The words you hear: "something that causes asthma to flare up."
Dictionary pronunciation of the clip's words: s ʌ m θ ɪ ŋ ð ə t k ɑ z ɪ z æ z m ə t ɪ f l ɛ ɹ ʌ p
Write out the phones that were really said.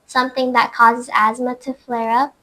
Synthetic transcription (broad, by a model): s ʌ m θ ɪ ŋ ð ə t k ɑ z ɪ z æ z m ə t ɪ f l ɛ ɹ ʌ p